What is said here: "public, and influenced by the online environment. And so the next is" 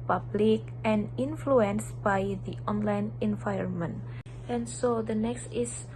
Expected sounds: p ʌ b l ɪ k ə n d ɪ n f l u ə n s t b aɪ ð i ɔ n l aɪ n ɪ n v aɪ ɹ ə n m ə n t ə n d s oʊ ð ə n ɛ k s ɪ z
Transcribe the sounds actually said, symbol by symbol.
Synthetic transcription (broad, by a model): p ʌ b l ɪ k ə n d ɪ n f l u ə n s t b aɪ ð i ɔ n l aɪ n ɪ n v aɪ ə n m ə n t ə n s oʊ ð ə n ɛ k s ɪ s